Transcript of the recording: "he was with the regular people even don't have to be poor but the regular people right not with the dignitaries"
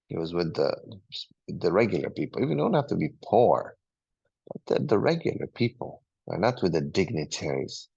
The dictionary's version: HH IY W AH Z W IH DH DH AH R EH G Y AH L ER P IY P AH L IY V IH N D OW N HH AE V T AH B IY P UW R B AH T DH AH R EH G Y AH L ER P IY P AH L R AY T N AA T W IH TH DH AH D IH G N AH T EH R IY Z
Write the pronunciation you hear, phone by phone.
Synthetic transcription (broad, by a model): HH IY W AH Z W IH DH DH AH R EH G Y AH L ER P IY P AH L IY V IH N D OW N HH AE F T AH B IY P UW R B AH T DH AH R EH G Y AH L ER P IY P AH L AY N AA T W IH DH AH D IH G N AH T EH R IY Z